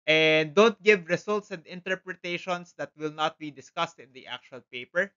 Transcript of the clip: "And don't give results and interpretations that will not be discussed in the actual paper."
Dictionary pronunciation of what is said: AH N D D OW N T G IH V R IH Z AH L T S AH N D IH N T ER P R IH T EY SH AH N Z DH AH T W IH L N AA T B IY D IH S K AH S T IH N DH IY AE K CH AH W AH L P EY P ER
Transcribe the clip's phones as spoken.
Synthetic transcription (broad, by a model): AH N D D OW N T G IH V R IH S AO L T S AH N D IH N T ER P R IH T EY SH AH N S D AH T W IH L N AA T B IY D IH S K AH S T IH N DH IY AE K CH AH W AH L P EY P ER